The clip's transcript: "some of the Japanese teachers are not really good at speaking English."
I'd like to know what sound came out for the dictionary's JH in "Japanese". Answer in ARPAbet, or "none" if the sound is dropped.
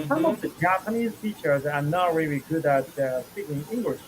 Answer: JH